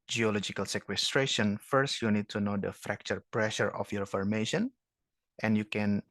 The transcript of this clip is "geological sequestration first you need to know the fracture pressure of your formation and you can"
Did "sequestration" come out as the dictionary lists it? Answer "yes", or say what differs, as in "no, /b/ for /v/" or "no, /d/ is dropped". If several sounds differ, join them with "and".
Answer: yes